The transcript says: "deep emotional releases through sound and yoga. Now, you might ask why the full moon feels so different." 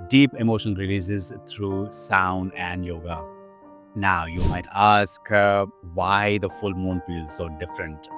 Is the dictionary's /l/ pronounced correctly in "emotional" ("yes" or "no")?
no